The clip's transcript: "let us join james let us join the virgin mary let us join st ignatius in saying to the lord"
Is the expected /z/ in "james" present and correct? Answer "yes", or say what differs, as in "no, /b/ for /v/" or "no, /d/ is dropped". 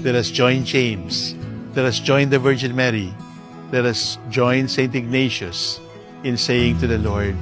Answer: no, /s/ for /z/